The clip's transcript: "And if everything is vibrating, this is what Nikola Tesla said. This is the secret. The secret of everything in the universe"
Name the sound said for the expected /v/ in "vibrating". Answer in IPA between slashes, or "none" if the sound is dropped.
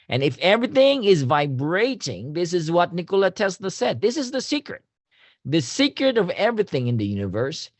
/v/